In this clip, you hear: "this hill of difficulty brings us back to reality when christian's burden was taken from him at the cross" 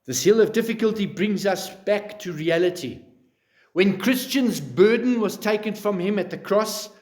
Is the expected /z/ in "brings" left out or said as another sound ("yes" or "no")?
no